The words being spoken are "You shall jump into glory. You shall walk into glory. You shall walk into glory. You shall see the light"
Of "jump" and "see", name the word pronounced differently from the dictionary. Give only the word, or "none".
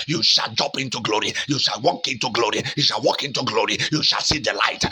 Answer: jump